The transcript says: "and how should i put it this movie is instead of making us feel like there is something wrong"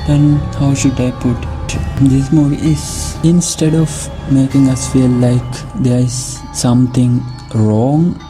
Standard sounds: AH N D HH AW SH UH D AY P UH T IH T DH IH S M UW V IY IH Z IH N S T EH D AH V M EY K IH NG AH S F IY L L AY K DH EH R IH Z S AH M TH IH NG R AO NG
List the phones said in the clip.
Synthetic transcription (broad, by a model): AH N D HH AW SH UH D AY P UH T IH T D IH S M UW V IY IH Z IH N S T EH D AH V M EY K IH NG AH S F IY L L AY K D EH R IH Z S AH M T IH NG R AO NG